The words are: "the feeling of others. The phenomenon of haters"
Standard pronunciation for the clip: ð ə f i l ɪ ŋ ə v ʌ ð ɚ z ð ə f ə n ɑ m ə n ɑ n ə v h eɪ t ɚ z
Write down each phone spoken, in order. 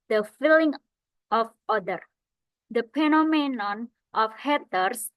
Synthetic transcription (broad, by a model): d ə f i l ɪ ŋ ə f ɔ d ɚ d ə p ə n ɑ m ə n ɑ n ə f h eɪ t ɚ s